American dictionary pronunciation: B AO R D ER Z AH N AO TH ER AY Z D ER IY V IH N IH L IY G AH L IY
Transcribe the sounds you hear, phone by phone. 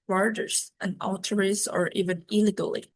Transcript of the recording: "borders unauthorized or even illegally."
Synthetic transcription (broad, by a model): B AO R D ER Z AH N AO T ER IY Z ER IY V IH N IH L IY G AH L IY